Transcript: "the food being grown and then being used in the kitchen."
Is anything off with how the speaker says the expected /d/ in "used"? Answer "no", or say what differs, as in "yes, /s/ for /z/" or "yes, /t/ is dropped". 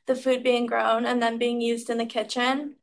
no